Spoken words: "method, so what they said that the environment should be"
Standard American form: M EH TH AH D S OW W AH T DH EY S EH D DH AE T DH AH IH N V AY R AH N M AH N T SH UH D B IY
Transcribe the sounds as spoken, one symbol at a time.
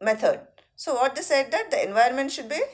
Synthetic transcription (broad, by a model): M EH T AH D S OW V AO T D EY S EH D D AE T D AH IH N V AY AH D M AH N T SH UH D B IY